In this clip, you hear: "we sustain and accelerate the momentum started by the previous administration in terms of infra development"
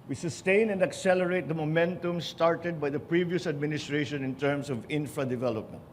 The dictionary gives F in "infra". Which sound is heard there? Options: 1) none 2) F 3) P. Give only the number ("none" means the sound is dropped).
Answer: 2